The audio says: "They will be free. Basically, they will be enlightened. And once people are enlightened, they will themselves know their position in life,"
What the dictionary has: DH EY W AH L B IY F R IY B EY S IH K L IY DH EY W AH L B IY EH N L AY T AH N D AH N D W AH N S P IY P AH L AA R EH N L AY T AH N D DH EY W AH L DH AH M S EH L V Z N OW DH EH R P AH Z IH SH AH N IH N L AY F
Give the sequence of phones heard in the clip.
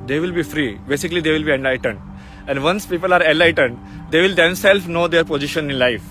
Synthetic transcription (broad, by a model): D EY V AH L B IY F R IY B EY S IH K L IY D EY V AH L B IY EH N L AY T AH N D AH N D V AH N S P IY P AH L AA R EH N L AY T AH N D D EY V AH L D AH M S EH L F N OW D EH R P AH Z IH SH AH N IH N L AY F